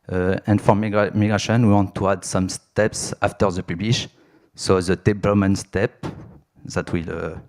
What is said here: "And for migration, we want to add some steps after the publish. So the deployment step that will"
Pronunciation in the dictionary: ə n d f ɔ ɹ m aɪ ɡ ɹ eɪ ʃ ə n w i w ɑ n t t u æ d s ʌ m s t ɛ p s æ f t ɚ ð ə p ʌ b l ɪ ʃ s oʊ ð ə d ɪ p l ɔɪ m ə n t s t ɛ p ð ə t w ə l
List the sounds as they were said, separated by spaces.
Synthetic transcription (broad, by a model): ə n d f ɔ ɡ m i ɡ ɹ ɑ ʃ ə n w i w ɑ n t t u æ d s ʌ m s t ɛ p s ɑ f t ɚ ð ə p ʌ b l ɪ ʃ s oʊ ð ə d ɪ b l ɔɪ m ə n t s t ɛ p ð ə t w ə l